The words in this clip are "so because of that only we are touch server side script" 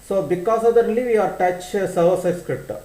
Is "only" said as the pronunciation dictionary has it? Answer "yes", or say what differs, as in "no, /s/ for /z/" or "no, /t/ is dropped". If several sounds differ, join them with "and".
no, /n/ is dropped